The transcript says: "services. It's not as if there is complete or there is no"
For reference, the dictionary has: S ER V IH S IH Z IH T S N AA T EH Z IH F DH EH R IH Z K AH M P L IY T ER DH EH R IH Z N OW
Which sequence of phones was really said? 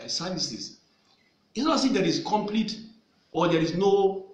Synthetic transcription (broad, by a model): S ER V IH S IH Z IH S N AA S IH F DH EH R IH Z K AH M P L IY T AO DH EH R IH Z N OW